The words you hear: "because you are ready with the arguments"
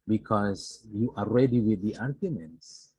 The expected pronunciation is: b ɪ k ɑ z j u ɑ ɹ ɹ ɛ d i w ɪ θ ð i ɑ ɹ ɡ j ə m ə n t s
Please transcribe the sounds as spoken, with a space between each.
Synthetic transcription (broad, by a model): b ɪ k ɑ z j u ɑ l ɹ ɛ d i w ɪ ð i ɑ ɹ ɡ j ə m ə n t s